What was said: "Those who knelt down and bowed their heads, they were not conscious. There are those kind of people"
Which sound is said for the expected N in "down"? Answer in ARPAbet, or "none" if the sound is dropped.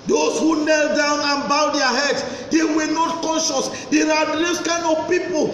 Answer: N